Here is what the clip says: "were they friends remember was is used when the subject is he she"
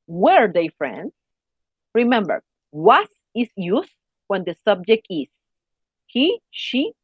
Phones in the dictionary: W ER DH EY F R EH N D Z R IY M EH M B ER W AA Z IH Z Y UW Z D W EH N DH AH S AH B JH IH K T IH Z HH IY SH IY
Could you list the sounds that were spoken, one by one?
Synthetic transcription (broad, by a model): W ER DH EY F R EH N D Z R IY M EH M B ER W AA S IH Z Y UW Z W EH N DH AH S AH B JH IH K T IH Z HH IY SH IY